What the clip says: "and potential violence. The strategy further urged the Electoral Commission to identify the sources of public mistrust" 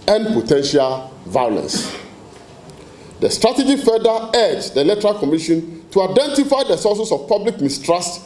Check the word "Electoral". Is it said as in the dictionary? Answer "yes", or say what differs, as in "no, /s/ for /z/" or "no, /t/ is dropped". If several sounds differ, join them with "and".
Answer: no, /k/ is dropped